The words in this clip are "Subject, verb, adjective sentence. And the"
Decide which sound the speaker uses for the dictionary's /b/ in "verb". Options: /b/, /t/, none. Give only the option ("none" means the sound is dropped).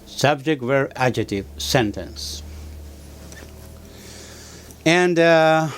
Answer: none